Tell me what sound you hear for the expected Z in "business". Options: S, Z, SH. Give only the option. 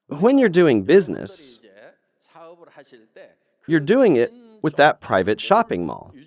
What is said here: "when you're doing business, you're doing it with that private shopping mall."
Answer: Z